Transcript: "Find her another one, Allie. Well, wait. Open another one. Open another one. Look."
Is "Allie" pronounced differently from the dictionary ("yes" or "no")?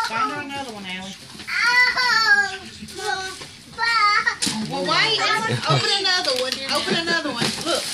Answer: yes